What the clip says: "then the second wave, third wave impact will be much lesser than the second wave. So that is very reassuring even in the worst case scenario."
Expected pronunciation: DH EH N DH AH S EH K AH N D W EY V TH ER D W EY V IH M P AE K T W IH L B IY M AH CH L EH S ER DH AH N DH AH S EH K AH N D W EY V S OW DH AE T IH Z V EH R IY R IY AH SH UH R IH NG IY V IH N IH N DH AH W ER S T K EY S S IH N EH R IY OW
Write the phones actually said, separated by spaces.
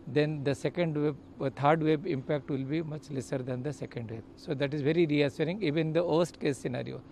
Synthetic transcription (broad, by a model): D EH N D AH S EH K AH N D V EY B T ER D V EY B IH M P AE K T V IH L B IY M AH CH L EH S ER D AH N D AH S EH K AH N D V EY B S OW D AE T IH Z V EH R IY R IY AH S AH R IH NG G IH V IH N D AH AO S T K EY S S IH N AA R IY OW